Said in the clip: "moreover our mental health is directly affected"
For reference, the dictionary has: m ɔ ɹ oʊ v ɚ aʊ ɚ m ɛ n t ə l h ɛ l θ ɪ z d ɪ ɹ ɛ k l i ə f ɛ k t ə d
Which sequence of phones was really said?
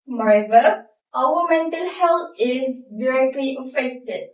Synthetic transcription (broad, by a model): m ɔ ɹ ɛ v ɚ aʊ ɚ m ɛ n t ə l h ɛ l t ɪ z d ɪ ɹ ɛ k l i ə f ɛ k t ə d